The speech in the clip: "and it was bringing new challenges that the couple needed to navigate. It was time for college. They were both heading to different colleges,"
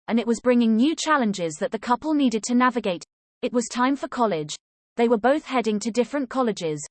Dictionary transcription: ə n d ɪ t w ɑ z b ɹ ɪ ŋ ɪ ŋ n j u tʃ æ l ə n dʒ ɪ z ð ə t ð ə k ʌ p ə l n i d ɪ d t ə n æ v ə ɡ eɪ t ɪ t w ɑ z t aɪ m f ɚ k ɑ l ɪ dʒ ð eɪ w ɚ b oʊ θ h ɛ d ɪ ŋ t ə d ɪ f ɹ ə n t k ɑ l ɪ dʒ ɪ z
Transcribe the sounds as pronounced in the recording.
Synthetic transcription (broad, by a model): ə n ɪ t w ɑ z b ɹ ɪ ŋ ɪ ŋ n j u tʃ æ l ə n dʒ ɪ z ð ə t ð ə k ʌ p ə l n i d ɪ d t ə n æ v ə ɡ eɪ t ɪ t w ɑ z t aɪ m f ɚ k ɑ l ɪ dʒ ð eɪ w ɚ b oʊ θ h ɛ d ɪ ŋ t ə d ɪ f ɹ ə n k ɑ l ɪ dʒ ɪ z